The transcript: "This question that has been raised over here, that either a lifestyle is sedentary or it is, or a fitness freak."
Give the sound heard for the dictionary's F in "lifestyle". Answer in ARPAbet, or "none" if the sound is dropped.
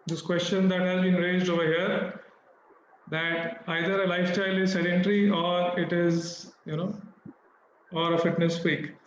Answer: F